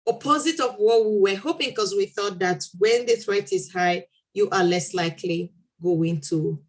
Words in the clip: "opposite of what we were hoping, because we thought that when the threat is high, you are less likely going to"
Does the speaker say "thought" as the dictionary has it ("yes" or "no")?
yes